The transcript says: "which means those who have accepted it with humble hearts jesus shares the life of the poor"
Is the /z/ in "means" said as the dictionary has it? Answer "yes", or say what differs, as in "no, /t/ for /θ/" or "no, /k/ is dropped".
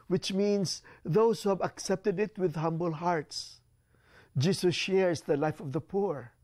no, /s/ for /z/